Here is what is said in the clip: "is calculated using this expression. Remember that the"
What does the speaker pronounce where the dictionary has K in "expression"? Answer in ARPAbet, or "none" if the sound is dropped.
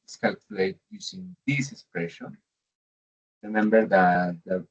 K